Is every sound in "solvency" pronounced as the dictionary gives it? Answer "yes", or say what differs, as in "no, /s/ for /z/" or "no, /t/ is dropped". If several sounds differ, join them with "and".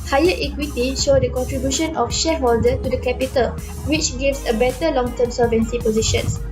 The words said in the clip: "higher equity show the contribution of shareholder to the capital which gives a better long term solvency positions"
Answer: no, /l/ is dropped